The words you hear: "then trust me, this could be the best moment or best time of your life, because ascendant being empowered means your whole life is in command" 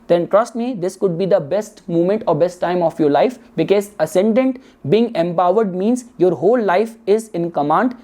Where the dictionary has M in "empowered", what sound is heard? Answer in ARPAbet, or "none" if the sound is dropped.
M